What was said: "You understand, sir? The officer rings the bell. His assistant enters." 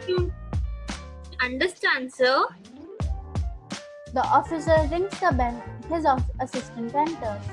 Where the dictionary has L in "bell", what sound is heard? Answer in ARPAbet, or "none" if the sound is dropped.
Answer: N